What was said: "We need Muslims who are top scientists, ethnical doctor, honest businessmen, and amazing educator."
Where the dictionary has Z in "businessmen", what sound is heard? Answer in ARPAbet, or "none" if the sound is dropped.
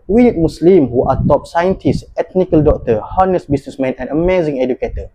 S